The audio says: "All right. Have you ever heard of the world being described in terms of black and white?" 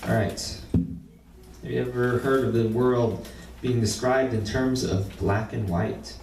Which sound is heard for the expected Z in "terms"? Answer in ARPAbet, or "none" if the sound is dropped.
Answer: Z